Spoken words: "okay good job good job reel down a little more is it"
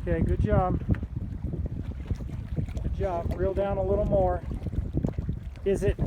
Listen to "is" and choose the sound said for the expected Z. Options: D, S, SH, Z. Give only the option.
Z